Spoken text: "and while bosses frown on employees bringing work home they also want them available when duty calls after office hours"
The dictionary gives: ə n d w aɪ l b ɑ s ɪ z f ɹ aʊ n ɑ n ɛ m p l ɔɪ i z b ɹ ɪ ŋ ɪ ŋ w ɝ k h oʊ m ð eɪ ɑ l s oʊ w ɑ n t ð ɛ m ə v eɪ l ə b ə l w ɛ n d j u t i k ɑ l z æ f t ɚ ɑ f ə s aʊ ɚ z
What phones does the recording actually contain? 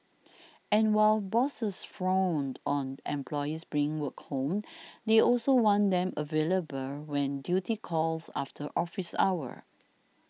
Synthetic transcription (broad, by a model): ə n w aɪ l b ɑ s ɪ s f ɹ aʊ n ɑ n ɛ m p l ɔɪ i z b ɹ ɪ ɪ ŋ w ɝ k h oʊ m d eɪ ɑ l s oʊ w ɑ n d ɛ m ə v eɪ l ə b ə l w ɛ n d j u t i k ɑ l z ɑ f t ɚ ɑ f ə s aʊ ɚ